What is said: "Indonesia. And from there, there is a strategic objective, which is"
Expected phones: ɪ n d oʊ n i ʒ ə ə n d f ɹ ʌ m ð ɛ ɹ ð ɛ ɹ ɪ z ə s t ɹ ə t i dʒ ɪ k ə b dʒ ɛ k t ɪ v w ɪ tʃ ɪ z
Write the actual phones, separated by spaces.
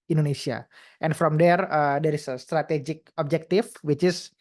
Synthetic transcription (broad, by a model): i n d oʊ n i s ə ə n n f ɹ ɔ m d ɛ ɹ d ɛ ɹ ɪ s ə s t ɹ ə t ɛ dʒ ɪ k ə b dʒ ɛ k t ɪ f w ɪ tʃ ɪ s